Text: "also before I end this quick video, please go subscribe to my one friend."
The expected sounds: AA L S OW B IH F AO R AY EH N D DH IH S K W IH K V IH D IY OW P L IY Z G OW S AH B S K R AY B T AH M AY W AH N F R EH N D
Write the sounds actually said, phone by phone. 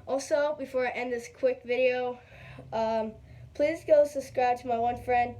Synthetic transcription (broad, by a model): AA L S OW B IH F AO R AY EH N DH IH S K W IH K V IH D IY OW P L IY Z G OW S AH B S K R AY B T AH M AY W AH N F R EH N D